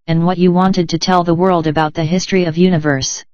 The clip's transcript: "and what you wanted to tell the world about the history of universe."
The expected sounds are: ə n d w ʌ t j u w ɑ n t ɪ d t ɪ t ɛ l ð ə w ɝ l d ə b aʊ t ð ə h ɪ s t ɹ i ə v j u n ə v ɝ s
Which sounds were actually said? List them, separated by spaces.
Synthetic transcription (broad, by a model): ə n w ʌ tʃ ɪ w ɑ n t ɪ d t ɪ t ɛ l ð ə w ɝ l d ə b aʊ t ð ə h ɪ s t ɹ i ə v j u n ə v ɝ s